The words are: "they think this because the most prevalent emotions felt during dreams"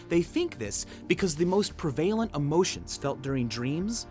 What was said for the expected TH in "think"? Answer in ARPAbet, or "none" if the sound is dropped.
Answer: TH